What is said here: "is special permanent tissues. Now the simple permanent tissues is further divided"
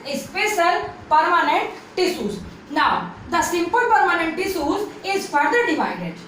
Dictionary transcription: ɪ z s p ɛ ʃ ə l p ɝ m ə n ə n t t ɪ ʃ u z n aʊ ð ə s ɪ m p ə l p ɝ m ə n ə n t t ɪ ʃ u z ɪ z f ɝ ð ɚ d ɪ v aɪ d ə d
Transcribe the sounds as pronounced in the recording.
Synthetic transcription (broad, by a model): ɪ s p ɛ s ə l p ɝ m ə n ə n t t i s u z n aʊ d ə s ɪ m p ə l p ɝ m ə n ə n t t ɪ s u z ɪ z f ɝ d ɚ d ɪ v aɪ d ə d